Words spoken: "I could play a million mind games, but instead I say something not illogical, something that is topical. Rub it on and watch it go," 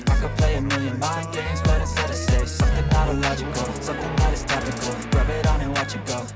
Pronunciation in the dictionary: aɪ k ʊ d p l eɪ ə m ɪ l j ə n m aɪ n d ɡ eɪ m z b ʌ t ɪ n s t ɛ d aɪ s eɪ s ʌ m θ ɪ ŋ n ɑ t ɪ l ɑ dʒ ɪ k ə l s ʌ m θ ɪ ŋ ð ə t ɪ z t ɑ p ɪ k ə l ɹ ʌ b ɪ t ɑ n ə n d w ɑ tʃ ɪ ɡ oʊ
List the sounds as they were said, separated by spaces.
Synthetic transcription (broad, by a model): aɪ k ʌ p l eɪ ə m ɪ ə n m aɪ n ɡ eɪ m z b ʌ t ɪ s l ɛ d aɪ s eɪ s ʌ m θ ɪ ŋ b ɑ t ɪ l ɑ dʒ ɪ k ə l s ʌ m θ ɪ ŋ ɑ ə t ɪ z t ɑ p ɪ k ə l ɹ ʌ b ɪ t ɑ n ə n w ɑ tʃ ɪ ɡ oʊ